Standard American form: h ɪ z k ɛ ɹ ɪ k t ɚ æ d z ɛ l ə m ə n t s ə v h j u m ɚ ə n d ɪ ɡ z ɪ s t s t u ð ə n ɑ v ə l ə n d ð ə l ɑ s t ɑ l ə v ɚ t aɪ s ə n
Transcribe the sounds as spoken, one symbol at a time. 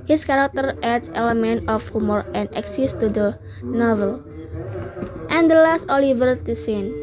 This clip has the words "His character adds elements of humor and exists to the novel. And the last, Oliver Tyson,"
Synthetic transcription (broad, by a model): h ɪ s k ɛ ɹ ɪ k t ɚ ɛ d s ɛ l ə m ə n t ə f h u m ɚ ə n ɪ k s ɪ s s t u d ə n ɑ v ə l ə n d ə l ɑ s t ɑ l ə v ɚ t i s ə n